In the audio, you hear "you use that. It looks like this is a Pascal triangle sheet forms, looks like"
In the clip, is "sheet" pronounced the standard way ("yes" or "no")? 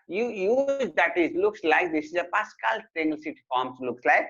no